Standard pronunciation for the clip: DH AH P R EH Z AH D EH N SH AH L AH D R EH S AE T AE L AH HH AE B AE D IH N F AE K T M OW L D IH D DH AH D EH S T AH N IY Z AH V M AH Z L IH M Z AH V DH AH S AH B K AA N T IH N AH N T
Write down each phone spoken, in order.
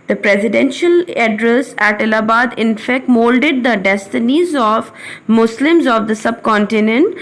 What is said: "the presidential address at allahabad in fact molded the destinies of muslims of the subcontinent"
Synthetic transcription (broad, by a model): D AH P R EH Z AH D EH N SH AH L AH D R EH S AE T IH L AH B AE D IH N F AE K T M OW L D IH D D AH D EH S T AH N IY Z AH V M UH S L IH M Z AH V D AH S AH B K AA N T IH N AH N T